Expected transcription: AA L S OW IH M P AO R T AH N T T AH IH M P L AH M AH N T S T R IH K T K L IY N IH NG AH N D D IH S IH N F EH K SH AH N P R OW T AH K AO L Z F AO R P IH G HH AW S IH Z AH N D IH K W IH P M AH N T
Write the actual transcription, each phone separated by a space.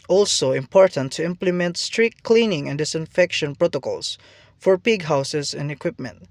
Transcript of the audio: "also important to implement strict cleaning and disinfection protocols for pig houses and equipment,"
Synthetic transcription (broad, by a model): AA L S OW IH M P AO R T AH N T T AH IH M P L AH M AH N T S T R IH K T K L IY N IH NG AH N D D IH S IH N F EH K SH AH N P R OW T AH K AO L S F AO R P IH G HH AW S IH S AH N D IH K W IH P M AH N T